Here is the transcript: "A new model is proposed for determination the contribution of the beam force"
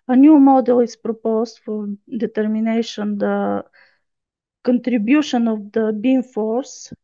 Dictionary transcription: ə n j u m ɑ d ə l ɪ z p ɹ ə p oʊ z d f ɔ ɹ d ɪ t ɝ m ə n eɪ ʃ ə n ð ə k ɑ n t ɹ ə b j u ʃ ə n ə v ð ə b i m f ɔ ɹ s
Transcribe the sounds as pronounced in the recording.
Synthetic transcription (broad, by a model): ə n j u m ɑ d ə l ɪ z p ɹ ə p oʊ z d f ɔ ɹ d ɪ t ɝ m ə n eɪ ʃ ə n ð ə k ɑ n t ɹ ə b j u ʃ ə n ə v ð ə b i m f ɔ ɹ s